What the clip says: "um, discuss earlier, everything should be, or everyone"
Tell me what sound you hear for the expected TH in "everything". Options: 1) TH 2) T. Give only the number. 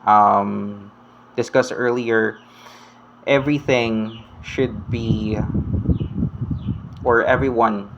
1